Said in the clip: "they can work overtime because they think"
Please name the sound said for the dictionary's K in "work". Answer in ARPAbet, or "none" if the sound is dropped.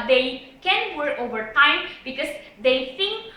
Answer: none